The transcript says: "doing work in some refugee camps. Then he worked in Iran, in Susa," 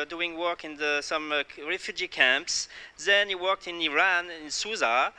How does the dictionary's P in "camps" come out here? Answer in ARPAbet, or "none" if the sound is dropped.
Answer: P